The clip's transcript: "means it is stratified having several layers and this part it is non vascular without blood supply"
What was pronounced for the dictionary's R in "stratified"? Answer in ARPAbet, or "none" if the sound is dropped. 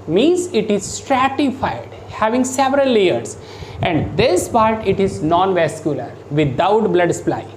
R